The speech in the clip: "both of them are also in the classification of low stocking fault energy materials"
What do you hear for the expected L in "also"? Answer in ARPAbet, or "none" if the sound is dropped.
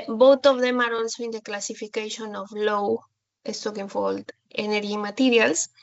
N